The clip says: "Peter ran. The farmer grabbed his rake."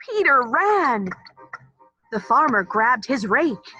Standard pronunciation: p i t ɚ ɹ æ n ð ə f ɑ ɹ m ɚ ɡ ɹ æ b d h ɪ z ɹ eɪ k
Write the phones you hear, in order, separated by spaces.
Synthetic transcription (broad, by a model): i t ɚ ɹ æ n ð ə f ɑ ɹ m ɚ ɡ ɹ æ b d h ɪ z ɹ eɪ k